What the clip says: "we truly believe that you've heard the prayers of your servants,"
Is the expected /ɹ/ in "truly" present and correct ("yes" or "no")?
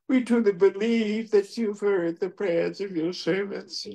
no